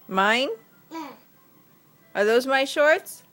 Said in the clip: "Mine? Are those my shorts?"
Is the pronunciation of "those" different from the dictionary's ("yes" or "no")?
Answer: no